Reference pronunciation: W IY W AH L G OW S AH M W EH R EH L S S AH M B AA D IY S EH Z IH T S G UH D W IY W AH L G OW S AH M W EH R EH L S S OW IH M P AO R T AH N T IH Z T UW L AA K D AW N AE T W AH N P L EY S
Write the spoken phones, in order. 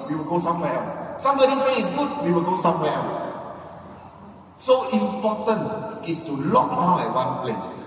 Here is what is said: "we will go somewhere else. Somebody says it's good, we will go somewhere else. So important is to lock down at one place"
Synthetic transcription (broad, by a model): W IY W AH L G OW S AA M W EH EH L S S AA M B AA D IY S EH IH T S G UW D W IY W AH L G OW S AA M W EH EH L S S OW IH M P AO T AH N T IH S T UW L AA K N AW EH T W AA N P L EY S